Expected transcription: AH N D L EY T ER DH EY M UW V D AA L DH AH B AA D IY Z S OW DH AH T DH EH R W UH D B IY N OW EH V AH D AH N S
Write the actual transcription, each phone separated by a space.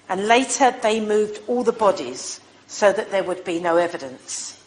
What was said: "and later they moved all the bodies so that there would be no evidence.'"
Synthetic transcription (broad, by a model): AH N L EY T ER DH EY M UW V D AA L DH AH B AA D IY Z S OW DH AH T DH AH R W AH D B IY N OW EH V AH D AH N S